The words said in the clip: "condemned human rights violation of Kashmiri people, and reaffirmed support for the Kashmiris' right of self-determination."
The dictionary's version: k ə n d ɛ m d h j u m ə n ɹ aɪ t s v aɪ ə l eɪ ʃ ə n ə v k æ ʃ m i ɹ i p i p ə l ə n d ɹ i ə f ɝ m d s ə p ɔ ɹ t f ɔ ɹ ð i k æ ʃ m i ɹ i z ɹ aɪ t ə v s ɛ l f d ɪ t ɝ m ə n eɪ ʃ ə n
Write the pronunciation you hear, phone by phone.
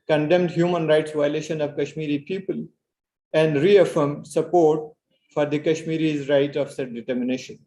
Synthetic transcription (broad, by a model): k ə n d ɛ m d h j u m ə n ɹ aɪ t s v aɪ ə l eɪ ʃ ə n ə v k æ ʃ m i ɹ i p i p ə l ə n d ɹ i ə f ɝ m d s ə p ɔ ɹ t f ɔ ɹ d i k æ ʃ m i ɹ i z ɹ aɪ t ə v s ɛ d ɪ t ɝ m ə n eɪ ʃ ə n